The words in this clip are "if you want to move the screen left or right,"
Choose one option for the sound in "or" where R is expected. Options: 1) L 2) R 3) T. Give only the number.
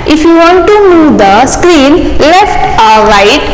1